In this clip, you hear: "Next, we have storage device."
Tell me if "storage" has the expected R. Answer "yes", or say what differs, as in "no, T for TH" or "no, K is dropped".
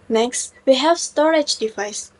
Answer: yes